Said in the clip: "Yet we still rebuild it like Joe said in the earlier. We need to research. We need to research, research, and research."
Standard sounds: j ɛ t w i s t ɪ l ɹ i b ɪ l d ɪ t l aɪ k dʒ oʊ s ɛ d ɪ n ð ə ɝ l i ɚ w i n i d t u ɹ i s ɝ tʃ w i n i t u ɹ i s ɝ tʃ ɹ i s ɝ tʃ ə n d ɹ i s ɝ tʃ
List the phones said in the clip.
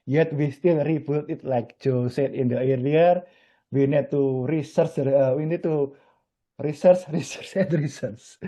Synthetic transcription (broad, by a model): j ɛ t w i s t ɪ l ɹ i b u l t ɪ t l aɪ k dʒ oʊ s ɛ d ɪ n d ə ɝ i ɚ w i n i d t u ɹ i s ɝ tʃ w i n i t u ɹ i s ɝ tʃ ɹ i s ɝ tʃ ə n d ɹ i s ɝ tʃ